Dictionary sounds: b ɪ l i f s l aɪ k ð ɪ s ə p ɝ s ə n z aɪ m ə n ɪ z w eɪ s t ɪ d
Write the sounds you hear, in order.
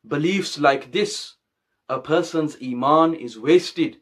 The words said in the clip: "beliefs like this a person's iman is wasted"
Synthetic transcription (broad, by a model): b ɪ l i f s l aɪ k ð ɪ s ə p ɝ s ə n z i m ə n ɪ z w eɪ s t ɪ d